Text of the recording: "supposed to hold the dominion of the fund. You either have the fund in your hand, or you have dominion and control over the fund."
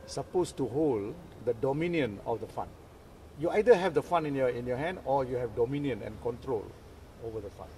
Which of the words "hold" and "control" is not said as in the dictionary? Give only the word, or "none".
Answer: none